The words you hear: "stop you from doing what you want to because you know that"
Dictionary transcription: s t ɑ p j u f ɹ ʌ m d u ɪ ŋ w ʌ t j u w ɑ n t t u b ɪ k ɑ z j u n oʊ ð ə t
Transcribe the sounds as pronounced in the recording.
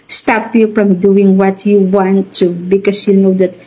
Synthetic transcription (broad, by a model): s t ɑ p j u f ɹ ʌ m d u ɪ ŋ w ʌ t j u w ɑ n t t u b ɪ k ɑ s j u n oʊ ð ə t